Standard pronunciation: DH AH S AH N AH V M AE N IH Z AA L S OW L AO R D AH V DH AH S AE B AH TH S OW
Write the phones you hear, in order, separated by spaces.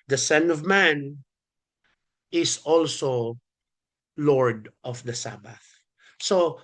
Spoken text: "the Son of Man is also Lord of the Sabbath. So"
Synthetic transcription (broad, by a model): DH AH S AH N AH V M AE N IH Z AA L S OW L AO R D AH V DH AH S AE B AH TH S OW